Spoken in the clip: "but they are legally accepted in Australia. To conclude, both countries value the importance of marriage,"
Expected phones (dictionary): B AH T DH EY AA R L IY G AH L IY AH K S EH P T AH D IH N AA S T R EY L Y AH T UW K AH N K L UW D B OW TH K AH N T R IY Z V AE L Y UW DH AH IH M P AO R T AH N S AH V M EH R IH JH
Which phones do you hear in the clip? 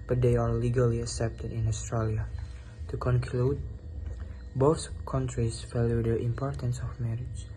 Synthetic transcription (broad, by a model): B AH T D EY AA R L IY G AH L IY AH K S EH P T AH D IH N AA S T R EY L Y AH T UW K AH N K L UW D B OW TH K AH N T R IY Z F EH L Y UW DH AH IH M P AO R T AH N S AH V M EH R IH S